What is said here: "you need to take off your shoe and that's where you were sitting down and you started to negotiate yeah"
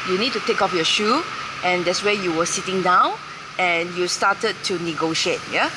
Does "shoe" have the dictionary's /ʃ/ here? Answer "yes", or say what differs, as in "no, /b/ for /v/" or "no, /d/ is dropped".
yes